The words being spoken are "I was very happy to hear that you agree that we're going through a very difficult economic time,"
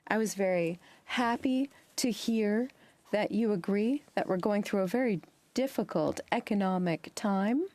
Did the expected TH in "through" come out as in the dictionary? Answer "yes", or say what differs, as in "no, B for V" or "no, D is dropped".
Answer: yes